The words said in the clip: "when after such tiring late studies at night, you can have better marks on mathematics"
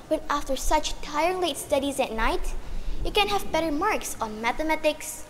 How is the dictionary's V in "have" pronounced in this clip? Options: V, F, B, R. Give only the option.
V